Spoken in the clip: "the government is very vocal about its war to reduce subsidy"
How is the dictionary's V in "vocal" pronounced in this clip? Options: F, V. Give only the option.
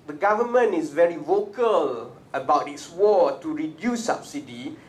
V